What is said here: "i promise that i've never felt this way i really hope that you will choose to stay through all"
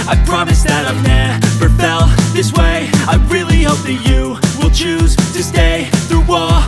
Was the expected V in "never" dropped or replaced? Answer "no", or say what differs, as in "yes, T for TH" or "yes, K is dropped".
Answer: yes, P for V